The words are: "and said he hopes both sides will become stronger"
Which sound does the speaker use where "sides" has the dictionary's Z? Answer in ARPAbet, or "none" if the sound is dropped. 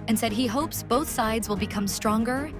Z